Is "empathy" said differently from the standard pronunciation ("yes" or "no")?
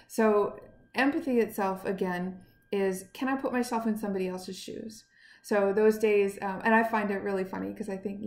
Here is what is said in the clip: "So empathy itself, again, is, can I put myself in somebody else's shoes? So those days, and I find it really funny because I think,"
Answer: no